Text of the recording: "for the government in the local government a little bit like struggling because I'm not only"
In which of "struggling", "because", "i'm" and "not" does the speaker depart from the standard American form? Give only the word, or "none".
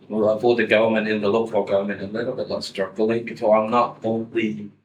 because